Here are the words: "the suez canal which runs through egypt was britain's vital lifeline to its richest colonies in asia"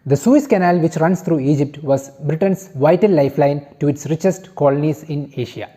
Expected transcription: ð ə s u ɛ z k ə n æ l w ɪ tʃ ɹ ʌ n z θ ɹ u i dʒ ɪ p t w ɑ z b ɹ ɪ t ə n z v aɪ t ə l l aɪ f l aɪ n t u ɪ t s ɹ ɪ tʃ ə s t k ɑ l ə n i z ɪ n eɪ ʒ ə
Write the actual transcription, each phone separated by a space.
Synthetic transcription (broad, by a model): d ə s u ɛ s k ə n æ l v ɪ tʃ ɹ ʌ n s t ɹ u i dʒ ɪ p t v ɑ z b ɹ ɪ t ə n s v aɪ t ə l l aɪ f l aɪ n t u ɪ t s ɹ ɪ tʃ ə s t k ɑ l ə n i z ɪ n eɪ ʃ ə